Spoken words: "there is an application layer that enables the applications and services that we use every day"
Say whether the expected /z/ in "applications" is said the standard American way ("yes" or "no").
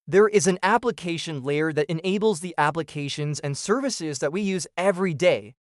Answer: yes